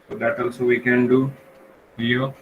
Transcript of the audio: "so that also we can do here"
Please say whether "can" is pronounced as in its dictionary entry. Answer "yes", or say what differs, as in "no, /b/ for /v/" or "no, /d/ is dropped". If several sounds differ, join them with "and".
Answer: yes